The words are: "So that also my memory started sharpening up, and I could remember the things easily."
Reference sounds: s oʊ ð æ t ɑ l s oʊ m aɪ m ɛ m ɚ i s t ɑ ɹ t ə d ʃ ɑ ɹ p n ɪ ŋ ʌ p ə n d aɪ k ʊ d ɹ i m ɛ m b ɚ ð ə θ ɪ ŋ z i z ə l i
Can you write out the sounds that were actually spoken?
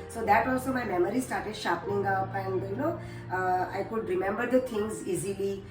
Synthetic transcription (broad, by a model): s oʊ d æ t ɑ l s oʊ m aɪ m ɛ m ɚ i s t ɑ ɹ t ə d ʃ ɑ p ɪ ŋ ʌ p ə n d aɪ k ʊ d ɹ i m ɛ m b ɚ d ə t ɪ ŋ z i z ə l i